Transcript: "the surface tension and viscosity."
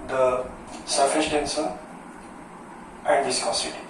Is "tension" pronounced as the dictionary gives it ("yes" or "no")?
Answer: no